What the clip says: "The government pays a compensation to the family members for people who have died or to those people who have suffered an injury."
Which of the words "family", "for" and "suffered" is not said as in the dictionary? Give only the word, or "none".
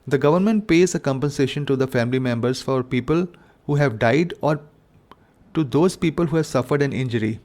none